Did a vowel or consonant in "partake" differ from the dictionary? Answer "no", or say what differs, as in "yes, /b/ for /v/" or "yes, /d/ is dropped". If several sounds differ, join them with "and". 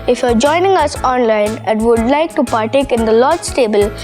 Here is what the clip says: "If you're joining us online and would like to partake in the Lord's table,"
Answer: no